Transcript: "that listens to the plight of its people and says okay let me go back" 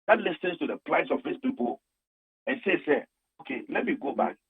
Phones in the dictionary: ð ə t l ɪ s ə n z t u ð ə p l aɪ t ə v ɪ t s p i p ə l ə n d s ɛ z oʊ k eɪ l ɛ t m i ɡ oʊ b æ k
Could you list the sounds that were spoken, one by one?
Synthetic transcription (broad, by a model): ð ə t l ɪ s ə n s t u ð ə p l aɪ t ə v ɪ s p i p ə l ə n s s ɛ oʊ k eɪ l ɛ t m i ɡ oʊ b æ k